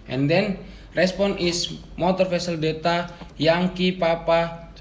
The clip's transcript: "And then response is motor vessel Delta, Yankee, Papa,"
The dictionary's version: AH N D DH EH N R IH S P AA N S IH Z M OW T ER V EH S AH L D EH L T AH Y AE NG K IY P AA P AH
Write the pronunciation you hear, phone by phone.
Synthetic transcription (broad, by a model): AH N D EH N R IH S P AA N IH S M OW T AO F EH S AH L D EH T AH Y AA NG K IY P AA P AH